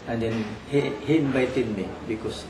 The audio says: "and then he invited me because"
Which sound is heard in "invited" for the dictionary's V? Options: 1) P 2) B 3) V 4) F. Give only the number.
2